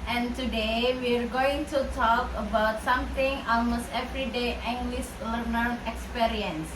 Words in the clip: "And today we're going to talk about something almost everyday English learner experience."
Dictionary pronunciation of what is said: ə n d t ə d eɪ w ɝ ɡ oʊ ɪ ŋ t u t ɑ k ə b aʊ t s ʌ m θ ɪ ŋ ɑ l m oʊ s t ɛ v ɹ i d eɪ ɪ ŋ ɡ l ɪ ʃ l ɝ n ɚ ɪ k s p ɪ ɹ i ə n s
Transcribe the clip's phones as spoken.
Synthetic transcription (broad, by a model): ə n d t ə d eɪ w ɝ ɡ oʊ ɪ ŋ t u t ɑ k ə b aʊ t s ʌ m t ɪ ŋ ɑ l m oʊ s t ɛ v ɹ i d eɪ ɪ ŋ ɡ l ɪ s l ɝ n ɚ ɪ k s p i ɹ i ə n s